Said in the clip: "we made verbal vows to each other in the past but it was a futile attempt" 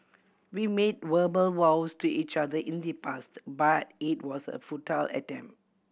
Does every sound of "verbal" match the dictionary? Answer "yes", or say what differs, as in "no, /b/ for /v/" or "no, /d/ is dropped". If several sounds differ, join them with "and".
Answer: no, /w/ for /v/